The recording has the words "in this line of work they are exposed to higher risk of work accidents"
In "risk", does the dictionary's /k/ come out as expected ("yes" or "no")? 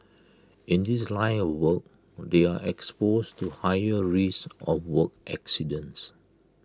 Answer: no